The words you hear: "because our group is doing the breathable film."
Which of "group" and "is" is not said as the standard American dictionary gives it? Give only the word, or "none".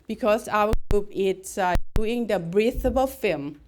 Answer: is